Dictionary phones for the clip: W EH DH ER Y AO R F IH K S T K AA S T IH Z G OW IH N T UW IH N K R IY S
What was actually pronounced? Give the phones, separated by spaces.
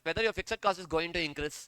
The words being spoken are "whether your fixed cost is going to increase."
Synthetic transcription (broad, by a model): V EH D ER Y AO R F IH K S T K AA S IH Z G OW IH N T UW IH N K R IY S